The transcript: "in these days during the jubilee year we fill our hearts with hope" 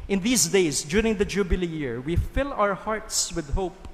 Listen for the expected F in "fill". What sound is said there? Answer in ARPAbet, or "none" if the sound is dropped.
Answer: F